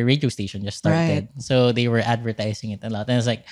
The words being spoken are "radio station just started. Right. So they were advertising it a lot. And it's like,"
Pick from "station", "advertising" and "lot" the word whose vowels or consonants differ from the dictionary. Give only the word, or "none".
advertising